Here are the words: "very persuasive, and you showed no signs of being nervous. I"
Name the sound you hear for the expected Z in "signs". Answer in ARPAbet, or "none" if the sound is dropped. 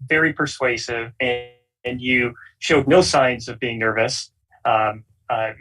Z